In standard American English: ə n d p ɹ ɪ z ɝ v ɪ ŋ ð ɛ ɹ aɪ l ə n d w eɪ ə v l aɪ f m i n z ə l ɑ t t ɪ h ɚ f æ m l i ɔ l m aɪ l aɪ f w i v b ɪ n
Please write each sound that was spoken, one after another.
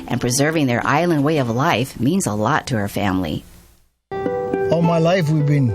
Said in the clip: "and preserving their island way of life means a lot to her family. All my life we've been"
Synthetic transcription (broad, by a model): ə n p ɹ ɪ z ɝ v ɪ ŋ ð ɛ ɹ aɪ l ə n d w eɪ ə v l aɪ f m i n z ə l ɑ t t ɪ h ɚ f æ m l i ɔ m aɪ l aɪ f w i v b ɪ n